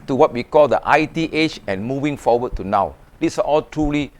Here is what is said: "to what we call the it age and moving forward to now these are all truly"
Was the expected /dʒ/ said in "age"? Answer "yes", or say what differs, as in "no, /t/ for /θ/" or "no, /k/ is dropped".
no, /tʃ/ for /dʒ/